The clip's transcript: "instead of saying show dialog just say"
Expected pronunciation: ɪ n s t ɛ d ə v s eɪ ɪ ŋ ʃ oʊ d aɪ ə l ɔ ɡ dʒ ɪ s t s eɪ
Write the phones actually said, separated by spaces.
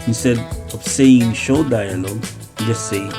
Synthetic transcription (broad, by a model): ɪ s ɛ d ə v s eɪ ɪ ŋ ʃ oʊ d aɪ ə n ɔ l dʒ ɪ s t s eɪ